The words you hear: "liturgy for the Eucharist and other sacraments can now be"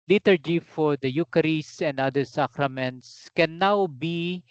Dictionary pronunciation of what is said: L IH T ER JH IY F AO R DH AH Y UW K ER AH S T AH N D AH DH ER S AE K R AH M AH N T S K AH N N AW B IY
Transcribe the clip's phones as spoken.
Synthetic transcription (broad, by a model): L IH T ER JH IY F AO R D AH Y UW K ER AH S AH N D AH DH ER S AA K R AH M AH N T S K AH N N AW B IY